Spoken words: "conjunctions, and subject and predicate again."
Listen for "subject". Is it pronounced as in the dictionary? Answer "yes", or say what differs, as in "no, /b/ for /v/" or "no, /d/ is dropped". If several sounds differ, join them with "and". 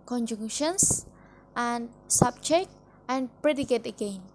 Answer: no, /tʃ/ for /dʒ/